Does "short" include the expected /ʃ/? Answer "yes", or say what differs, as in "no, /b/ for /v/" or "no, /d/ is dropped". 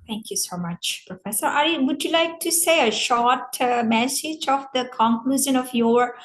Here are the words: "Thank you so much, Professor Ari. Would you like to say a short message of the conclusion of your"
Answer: yes